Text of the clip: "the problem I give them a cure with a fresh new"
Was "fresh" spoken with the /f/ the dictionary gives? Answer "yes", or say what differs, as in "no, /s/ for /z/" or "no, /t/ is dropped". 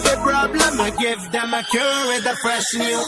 no, /p/ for /f/